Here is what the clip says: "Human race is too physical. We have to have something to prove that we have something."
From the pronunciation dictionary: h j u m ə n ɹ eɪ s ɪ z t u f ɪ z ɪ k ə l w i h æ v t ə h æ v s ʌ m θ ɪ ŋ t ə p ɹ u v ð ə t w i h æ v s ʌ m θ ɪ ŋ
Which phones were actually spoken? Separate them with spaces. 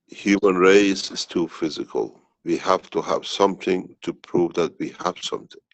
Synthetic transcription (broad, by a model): h j u m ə n ɹ eɪ s ɪ z t u f ɪ z ɪ k ə l w i h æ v t ə h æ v s ʌ m θ ɪ ŋ t ə p ɹ u v ð ə t w i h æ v s ʌ m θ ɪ ŋ